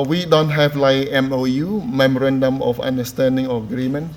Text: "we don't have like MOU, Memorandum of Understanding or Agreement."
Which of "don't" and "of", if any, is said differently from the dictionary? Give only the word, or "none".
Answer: of